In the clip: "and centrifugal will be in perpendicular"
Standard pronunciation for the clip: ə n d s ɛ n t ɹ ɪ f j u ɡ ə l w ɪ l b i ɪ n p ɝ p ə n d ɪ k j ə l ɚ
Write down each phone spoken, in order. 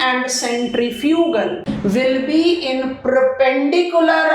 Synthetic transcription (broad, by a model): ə n d s ɛ n t ɹ ɪ f j u ɡ ə l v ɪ l b i ɪ n p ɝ p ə n d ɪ k j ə l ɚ